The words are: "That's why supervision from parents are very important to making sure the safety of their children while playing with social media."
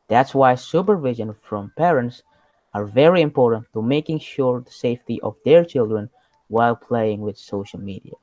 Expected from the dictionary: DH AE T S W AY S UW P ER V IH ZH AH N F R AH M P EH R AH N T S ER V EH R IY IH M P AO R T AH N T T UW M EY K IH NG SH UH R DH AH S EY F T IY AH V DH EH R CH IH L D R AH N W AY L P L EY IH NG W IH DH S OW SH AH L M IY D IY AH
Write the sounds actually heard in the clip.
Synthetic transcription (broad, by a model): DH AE T S W AY S UW P ER V IH ZH AH N F R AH M P EH R AH N T S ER V EH R IY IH M P AO R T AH N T T UW M EY K IH NG SH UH R DH AH S EY F T IY AH V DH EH R CH IH L D R AH N W AY L P L EY IH NG W IH DH S OW SH AH L M IY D IY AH